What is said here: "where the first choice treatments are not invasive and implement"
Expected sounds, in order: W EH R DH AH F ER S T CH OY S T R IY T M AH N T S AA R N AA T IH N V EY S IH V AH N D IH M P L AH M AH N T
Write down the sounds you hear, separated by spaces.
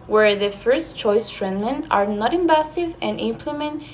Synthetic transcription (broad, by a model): W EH R DH AH F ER S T CH OY S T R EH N M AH N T AA R N AA T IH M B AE S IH V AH N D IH M P L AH M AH N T